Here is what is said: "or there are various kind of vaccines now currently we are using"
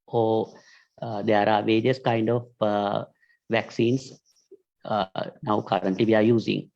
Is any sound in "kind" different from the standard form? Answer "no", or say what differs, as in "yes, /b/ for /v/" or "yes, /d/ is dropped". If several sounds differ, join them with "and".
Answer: no